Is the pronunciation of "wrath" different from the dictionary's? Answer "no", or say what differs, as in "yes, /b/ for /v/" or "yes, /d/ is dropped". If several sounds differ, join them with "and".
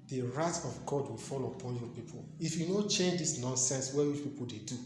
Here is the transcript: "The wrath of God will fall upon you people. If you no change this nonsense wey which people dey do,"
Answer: yes, /t/ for /θ/